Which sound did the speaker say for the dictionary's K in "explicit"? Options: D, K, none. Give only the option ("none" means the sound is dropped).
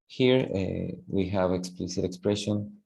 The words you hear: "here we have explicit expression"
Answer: K